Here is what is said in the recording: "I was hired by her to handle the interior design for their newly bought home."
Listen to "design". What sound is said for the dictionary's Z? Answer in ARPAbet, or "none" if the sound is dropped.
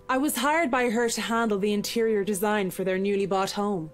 Z